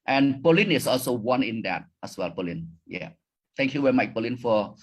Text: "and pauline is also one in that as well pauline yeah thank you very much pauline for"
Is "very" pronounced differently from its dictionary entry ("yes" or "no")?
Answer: yes